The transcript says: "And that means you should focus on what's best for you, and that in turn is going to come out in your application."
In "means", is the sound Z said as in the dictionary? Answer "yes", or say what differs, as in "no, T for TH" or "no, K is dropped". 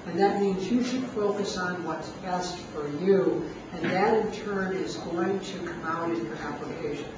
yes